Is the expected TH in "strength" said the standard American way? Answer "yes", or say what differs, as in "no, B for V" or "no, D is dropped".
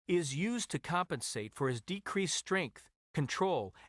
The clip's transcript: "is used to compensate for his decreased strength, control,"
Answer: yes